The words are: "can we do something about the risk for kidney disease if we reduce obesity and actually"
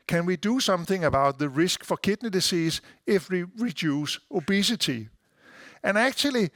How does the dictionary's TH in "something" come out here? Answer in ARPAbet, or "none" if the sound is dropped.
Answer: TH